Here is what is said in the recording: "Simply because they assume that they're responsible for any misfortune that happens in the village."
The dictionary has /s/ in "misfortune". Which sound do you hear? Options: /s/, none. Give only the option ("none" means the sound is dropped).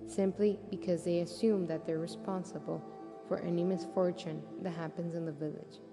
/s/